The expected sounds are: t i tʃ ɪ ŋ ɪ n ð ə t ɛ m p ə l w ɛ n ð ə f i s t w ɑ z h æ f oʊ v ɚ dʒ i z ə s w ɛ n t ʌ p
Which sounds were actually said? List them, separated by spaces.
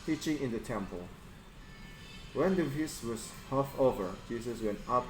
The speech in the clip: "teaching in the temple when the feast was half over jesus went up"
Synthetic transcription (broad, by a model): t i tʃ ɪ ŋ ɪ n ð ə t ɛ m p ə l w ɛ n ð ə p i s w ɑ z h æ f oʊ v ɚ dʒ i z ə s w ɛ n t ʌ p